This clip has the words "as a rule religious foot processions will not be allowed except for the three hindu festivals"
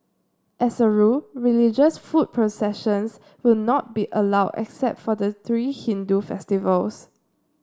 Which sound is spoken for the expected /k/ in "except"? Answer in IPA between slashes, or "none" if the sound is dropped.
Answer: /k/